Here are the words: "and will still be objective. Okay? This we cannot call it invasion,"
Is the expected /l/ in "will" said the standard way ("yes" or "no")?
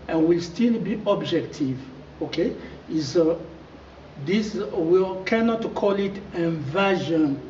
yes